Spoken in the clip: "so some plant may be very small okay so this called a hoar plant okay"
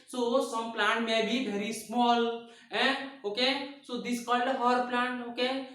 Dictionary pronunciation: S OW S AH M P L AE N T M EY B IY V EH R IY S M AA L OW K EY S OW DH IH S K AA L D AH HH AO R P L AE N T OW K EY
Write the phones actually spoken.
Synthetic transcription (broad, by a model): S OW S AH M P L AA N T M EY B IY B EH R IY S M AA L OW K EY S OW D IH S K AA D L AH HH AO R P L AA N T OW K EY